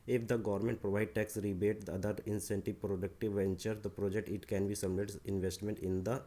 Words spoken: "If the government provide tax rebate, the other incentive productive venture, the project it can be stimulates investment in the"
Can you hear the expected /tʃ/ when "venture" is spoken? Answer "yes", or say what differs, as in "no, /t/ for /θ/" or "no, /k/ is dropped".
yes